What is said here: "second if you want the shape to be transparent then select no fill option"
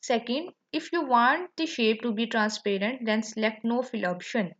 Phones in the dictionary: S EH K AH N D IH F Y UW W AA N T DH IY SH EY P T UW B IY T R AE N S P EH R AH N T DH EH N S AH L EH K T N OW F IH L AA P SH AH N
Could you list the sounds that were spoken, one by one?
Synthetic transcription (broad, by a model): S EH K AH N D IH F Y UW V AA N T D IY SH EY P T UW B IY T R AE N S P EH R AH N T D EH N S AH L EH K T N OW F IH L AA P SH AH N